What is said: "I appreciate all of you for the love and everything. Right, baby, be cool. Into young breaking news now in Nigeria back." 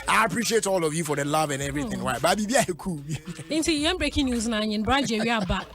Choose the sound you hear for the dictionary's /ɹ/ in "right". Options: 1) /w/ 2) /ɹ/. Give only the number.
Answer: 1